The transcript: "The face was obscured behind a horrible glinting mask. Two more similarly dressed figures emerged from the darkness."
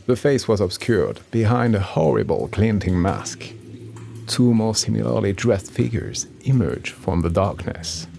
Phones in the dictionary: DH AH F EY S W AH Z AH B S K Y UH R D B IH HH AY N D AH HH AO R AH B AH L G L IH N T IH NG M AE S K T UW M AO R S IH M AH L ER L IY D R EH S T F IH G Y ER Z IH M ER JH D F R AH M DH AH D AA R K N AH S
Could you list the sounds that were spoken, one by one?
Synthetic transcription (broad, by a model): DH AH F EY S W AH Z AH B S K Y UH R D B IH HH AY N D AH HH AO R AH B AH L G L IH N T IH NG M AE S K T UW M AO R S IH M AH L ER L IY D R EH S T F IH G Y ER Z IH M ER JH F R AH M DH AH D AA R K N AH S